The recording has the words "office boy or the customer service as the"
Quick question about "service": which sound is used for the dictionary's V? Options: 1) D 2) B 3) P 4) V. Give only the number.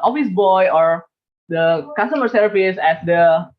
3